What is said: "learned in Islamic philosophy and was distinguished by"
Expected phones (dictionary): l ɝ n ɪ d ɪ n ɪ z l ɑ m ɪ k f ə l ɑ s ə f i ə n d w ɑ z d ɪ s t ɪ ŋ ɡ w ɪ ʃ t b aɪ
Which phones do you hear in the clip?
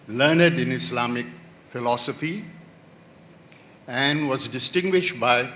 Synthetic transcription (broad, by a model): l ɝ n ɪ d ɪ n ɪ s l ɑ m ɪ k f ə l ɑ s ə f i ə n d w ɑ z d ɪ s t ɪ ŋ ɡ w ɪ ʃ t b aɪ